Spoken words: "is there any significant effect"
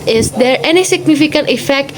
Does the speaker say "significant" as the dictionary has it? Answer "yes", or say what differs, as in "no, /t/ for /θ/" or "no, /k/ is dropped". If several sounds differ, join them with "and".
yes